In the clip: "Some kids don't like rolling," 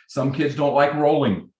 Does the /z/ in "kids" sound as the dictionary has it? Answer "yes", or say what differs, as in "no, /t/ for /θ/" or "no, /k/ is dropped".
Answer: yes